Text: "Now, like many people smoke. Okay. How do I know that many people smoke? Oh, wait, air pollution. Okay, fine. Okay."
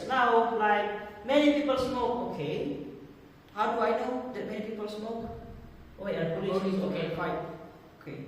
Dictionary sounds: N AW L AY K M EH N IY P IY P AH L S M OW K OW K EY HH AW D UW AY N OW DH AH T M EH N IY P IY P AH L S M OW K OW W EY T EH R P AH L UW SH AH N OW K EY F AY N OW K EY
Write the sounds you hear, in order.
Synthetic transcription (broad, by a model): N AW L AY K M EH N IY P IY P AH L S M OW K OW K EY HH AW D UW AY N OW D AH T M EH N IY P IY P AH L S M OW K OW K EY EH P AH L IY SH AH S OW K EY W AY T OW K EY